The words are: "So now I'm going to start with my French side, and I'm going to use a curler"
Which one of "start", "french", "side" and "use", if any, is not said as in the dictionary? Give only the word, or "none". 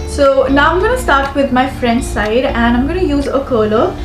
french